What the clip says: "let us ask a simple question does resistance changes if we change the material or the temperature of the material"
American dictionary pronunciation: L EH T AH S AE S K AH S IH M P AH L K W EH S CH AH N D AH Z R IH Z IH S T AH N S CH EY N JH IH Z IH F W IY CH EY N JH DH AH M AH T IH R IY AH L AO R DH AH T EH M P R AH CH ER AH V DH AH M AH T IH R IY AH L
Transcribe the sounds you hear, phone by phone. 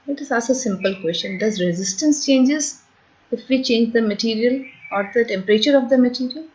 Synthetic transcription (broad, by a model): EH T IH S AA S AH S IH M P AH L K W EH S CH AH N D AH Z R IH Z IH S T AH N S CH EY N JH IH Z IH F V IY CH EY N JH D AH M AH T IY R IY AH L AO R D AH T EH M P R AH CH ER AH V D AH M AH T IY R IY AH L